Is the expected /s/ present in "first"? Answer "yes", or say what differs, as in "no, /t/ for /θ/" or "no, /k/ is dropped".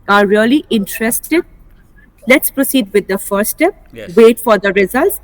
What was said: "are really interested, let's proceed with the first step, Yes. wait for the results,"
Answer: no, /s/ is dropped